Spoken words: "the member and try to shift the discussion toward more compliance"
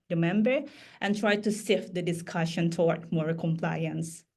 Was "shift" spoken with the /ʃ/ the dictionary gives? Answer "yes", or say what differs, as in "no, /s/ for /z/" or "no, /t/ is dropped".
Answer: no, /s/ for /ʃ/